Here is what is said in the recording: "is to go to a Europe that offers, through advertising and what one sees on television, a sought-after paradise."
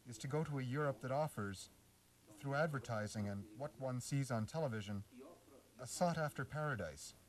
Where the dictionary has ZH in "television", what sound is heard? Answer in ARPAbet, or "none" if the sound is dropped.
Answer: ZH